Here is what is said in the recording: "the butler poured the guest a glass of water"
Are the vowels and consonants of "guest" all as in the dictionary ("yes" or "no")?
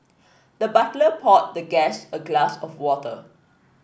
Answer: no